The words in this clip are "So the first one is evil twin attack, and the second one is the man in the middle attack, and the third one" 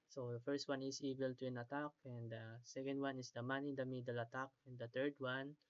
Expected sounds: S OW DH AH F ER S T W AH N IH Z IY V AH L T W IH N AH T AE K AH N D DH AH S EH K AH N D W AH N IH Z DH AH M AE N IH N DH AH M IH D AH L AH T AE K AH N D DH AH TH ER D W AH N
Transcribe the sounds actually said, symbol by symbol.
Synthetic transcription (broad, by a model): S OW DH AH F ER S T W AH N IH S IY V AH L T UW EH N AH T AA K AH N D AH S EH K AH N D W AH N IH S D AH M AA N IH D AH M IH D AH L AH T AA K AH N D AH T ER D W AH N